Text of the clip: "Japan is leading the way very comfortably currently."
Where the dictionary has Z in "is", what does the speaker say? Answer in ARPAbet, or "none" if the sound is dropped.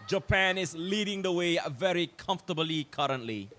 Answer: S